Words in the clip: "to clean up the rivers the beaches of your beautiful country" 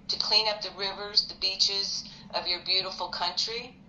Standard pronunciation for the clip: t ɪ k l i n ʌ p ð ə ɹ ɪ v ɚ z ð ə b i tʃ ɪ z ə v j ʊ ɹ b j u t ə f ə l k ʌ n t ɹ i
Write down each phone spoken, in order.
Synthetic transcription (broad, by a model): t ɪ k l i n ʌ p ð ə ɹ ɪ v ɚ z ð ə b i tʃ ɪ z ə v j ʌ ɹ b j u t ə f l k ʌ n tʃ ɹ i